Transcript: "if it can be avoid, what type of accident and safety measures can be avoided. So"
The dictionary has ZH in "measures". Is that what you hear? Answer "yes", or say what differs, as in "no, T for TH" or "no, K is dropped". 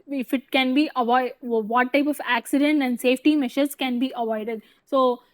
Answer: no, SH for ZH